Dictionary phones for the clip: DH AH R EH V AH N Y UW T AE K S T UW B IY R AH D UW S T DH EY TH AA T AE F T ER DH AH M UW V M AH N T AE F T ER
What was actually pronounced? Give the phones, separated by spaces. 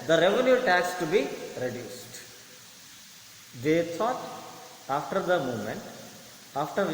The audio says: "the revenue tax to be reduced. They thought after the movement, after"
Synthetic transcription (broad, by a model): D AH R EH V AH N Y UW T AE K S T UW B IY R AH D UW S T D EY T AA T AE F T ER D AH M UW V M AH N T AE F T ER